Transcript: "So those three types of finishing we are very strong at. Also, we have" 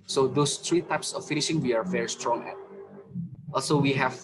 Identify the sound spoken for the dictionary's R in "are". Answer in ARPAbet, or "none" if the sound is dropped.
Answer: R